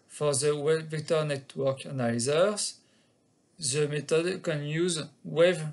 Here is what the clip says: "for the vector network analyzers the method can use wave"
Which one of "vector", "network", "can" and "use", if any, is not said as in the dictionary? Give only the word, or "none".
vector